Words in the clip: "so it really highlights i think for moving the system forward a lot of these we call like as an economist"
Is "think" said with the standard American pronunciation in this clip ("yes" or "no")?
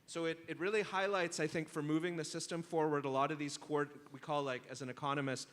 yes